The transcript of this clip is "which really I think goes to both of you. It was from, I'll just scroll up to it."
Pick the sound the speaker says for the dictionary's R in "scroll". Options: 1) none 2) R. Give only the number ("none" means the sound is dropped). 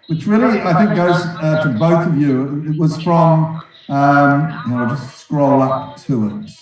2